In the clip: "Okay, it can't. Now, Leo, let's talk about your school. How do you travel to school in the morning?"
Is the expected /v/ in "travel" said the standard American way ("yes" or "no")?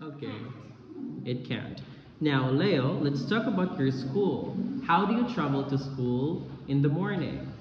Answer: no